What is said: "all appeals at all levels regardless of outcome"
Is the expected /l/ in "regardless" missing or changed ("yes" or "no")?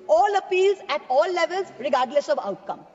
no